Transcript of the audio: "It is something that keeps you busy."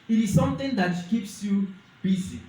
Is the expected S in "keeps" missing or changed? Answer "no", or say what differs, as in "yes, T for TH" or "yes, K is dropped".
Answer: no